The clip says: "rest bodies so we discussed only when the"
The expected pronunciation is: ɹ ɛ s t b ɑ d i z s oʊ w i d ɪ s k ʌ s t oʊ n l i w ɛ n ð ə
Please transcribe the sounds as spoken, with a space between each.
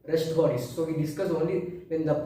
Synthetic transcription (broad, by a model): ɹ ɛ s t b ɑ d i s oʊ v i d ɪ s k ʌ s oʊ n l i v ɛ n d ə